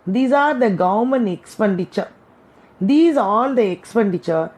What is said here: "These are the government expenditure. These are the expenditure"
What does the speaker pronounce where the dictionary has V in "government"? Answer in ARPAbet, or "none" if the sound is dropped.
none